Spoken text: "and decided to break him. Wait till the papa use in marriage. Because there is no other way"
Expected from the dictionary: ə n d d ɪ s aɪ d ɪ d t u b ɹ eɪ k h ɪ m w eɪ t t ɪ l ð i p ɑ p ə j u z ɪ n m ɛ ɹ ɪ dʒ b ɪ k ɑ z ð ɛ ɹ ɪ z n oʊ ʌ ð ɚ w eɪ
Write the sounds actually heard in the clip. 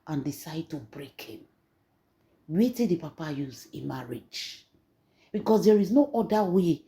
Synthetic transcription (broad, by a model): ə n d d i s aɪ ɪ d t u b ɹ eɪ k h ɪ m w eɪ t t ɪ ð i p ɑ p ə j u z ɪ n m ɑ ɹ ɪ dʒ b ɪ k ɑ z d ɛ ɹ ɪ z n oʊ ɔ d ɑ w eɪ